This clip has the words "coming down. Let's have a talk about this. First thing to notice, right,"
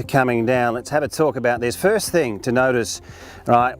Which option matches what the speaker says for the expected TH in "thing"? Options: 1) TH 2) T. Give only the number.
1